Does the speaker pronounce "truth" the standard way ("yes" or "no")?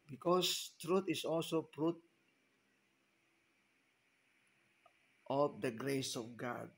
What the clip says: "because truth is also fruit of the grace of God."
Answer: no